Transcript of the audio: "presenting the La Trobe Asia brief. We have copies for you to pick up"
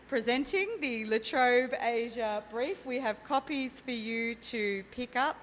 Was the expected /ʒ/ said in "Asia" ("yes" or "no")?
yes